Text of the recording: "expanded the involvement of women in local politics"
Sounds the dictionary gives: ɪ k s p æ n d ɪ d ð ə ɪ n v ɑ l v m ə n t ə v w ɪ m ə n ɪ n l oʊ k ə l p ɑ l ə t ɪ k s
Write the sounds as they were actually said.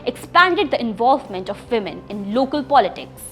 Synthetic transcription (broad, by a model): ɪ k s p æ n d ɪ d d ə ɪ n v ɑ l v m ə n t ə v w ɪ m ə n ɪ n l oʊ k ə l p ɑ l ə t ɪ k s